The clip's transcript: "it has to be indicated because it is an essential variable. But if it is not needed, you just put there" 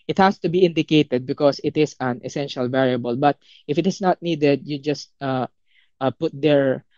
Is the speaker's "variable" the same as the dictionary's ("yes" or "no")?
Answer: yes